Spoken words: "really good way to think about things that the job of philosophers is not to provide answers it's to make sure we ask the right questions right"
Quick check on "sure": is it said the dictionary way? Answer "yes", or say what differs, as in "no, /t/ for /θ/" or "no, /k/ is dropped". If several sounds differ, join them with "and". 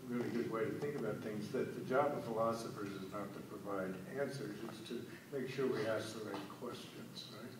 yes